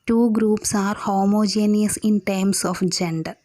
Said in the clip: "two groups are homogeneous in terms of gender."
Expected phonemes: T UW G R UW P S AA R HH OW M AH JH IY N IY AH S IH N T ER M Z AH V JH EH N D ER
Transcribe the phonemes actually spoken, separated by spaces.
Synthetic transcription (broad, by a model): T UW G R UW P S AA R HH OW M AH JH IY N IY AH S IH N T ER M S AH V JH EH N D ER